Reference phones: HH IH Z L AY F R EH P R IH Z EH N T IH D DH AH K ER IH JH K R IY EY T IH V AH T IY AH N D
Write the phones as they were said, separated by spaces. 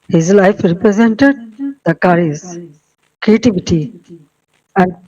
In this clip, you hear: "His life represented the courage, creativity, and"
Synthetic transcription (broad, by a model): HH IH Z L AY F R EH P R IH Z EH N T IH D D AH K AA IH Z K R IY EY T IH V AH T IY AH N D